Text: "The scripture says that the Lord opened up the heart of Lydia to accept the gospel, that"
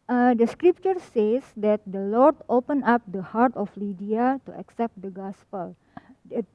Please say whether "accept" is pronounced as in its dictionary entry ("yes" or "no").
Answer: yes